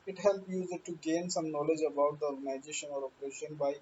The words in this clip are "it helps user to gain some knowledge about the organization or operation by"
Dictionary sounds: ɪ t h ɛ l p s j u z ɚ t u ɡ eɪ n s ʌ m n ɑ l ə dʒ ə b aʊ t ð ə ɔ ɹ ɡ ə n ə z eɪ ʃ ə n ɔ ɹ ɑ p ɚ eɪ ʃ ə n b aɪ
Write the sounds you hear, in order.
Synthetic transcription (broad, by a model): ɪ t h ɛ l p j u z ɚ t u ɡ eɪ n s ʌ m n ɑ l ə dʒ ə b aʊ t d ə ɔ ɹ ɡ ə n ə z eɪ ʃ ə n ɔ ɹ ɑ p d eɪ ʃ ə n b aɪ